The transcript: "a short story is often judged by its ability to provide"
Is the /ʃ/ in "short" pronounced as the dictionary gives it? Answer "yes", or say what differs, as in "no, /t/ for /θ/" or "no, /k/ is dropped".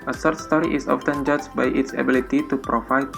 no, /s/ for /ʃ/